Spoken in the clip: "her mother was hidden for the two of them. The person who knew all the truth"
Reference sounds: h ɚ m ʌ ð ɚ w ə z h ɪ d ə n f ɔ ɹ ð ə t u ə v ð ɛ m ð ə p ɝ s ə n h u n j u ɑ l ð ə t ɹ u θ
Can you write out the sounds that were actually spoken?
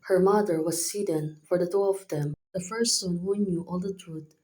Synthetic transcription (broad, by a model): h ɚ m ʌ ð ɚ w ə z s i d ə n f ɔ ɹ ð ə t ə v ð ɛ m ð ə f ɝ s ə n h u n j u ɑ l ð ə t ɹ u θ